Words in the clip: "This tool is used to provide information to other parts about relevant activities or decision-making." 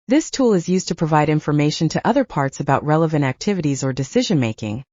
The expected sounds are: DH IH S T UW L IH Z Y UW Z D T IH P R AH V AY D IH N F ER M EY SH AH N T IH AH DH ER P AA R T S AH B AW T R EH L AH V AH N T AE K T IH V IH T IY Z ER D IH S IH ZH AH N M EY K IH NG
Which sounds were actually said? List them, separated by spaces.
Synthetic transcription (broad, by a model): DH IH S T UW L IH Z Y UW Z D T IH P R AH V AY D IH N F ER M EY SH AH N T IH AH DH ER P AA R T S AH B AW T R EH L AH V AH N T AE K T IH V IH T IY Z ER D IH S IH ZH AH N M EY K IH NG